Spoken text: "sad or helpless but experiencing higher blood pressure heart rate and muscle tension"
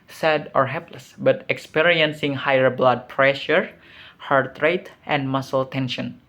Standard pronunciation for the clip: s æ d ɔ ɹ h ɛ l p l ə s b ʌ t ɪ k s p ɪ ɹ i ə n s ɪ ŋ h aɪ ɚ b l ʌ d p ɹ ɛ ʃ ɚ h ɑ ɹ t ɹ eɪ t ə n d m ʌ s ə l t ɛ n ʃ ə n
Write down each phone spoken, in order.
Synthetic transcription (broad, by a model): s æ d ɔ ɹ h ɛ l p l ə s b ʌ t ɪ k s p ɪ ɹ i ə n s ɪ ŋ h aɪ ɚ b l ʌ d p ɹ ɛ ʃ ɚ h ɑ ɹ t ɹ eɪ t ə n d m ʌ s ə l t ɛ n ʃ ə n